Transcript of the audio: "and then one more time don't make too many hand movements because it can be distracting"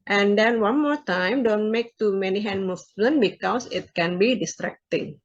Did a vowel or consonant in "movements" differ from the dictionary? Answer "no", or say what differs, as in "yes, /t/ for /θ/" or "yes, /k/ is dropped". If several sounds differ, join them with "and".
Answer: yes, /s/ is dropped